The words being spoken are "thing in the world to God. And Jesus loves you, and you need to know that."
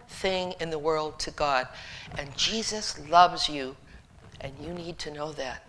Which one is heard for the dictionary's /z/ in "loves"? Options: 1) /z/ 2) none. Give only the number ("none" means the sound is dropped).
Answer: 1